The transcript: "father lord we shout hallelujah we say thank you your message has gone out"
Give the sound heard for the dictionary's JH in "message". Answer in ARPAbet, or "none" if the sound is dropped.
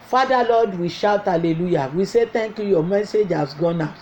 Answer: JH